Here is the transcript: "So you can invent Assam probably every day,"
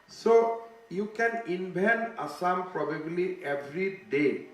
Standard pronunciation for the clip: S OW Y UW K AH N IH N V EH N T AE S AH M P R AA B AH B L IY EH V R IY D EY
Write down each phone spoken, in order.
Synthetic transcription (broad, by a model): S OW Y UW K AH N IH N B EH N AA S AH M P R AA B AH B L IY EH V R IY D EY